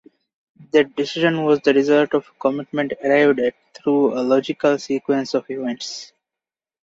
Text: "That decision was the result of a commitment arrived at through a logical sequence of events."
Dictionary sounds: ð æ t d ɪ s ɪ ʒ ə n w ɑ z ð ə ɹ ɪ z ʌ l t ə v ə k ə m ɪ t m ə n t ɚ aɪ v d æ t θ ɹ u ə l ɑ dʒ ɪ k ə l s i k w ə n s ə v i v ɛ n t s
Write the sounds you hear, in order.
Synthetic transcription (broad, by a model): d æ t d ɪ s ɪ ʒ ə n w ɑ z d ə ɹ ɪ z ʌ l t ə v k ə m ɪ t m ə n t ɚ aɪ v d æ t t ɹ u ə l ɑ dʒ ɪ k ə l s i k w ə n s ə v i v ɛ n t s